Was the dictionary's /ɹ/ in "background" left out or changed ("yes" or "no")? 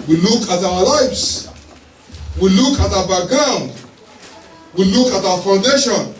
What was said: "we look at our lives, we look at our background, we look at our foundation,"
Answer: yes